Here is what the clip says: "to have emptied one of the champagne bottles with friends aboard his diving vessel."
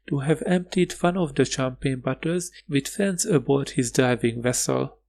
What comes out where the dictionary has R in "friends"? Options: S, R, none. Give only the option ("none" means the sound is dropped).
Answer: none